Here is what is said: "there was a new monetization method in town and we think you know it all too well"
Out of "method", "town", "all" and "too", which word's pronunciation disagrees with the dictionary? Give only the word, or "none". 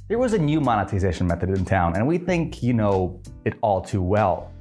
none